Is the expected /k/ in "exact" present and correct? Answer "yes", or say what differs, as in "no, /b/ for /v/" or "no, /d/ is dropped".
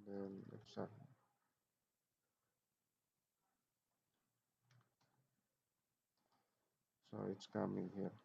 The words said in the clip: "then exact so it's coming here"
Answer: no, /k/ is dropped